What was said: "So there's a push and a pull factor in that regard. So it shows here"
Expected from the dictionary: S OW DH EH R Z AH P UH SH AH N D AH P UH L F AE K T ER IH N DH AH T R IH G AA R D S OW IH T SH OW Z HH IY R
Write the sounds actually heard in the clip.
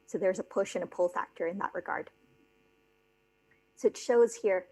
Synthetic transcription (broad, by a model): S OW DH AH R Z AH P UH SH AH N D AH P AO L F AE K T ER IH N DH AH T R IH G AA R D S OW IH T SH OW Z HH IY R